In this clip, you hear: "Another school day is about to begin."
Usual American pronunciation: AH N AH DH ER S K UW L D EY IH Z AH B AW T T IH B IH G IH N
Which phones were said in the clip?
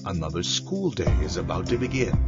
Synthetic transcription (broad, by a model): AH N AH DH ER S K UW L D EY IH Z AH B AW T T IH B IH G IH N